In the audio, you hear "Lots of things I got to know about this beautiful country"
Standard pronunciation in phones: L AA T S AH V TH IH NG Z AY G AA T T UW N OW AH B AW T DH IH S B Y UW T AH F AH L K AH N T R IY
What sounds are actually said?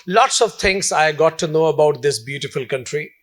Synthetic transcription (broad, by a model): L AA T S AH V T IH NG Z AY G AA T T UW N OW AH B AW T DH IH S B Y UW T AH F AH L K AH N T R IY